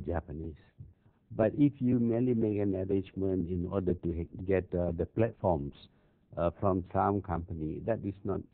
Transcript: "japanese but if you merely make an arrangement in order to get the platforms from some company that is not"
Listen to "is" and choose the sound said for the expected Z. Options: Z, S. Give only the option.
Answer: S